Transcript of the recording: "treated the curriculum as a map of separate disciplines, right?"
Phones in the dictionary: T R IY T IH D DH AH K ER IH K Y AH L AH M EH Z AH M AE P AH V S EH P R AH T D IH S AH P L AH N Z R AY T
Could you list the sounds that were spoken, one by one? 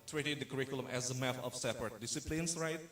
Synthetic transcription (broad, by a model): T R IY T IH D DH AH K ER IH K Y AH L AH M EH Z AH M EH F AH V S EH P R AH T D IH S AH P L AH N S R AY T